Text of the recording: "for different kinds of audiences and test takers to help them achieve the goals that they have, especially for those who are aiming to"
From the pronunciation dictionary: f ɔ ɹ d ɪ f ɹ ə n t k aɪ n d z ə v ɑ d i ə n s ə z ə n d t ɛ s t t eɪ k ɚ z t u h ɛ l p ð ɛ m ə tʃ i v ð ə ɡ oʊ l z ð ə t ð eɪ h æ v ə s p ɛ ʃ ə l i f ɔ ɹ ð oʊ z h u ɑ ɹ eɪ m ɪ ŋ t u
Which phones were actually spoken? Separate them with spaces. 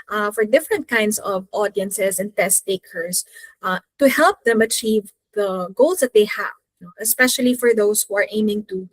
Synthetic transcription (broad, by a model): f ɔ ɹ d ɪ f ɹ ə n t k aɪ n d s ə v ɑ d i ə n s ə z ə n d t ɛ s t t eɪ k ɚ s t u h ɛ l p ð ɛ m ə tʃ i v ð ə ɡ oʊ l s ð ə t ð eɪ h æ v ə s p ɛ ʃ ə l i f ɔ ɹ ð oʊ s h u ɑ ɹ eɪ m ɪ ŋ t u